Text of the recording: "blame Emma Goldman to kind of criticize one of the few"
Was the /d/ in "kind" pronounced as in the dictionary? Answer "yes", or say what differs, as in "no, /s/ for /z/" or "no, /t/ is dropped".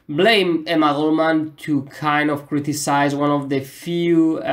yes